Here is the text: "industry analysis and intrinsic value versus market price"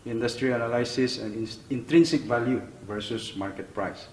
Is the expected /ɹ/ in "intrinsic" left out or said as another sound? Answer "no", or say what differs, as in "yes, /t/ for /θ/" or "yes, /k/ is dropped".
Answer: no